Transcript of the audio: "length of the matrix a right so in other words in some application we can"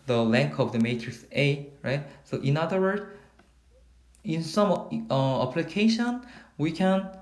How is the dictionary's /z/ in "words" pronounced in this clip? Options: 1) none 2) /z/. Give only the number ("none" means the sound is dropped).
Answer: 1